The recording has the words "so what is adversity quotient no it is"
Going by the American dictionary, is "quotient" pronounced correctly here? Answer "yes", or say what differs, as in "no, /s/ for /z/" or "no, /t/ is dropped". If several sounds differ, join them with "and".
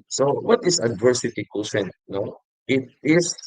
no, /s/ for /ʃ/